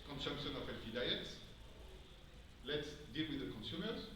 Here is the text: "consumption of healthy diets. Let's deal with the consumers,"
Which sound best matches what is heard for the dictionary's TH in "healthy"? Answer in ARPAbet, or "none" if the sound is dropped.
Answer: F